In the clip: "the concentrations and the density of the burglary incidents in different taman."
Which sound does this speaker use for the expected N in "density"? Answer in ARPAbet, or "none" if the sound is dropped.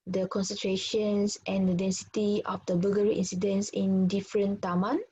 N